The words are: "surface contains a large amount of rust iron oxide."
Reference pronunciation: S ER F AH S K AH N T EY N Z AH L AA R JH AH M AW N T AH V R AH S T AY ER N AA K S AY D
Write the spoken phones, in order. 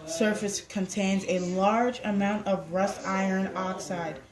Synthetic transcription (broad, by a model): S ER F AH S K AH N T EY N Z AH L AA R JH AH M AW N T AH V R AH S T AY ER N AA K S AY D